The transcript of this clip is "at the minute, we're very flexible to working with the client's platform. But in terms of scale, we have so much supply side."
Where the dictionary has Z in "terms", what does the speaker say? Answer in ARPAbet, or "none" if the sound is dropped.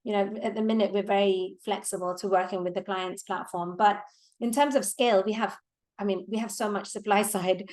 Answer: Z